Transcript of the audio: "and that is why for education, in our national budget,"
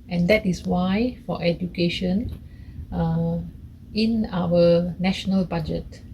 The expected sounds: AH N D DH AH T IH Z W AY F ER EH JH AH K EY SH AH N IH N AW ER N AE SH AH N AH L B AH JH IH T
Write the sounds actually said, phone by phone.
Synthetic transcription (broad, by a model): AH N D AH T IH S W AY F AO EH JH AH K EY SH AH N IH N AW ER N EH SH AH N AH L B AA JH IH T